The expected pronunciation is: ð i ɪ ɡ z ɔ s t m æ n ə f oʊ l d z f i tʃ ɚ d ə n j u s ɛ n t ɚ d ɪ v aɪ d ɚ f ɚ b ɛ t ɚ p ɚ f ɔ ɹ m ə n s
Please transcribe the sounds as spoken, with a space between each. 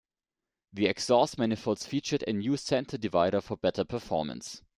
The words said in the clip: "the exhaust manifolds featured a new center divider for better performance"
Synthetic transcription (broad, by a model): ð i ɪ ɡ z ɔ s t m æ n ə f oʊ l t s f i tʃ ɚ d ə n j u s ɛ n t ɚ d ɪ v aɪ d ɚ f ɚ b ɛ t ɚ p ɚ f ɔ ɹ m ə n s